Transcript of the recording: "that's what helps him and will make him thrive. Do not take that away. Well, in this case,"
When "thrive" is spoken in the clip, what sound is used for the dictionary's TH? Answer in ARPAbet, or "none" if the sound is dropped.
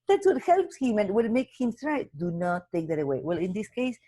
T